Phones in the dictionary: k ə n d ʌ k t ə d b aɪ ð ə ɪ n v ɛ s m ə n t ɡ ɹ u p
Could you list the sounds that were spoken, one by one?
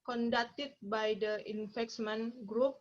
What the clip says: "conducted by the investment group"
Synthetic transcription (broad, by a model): k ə n d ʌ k t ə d b aɪ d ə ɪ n f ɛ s m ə n ɡ ɹ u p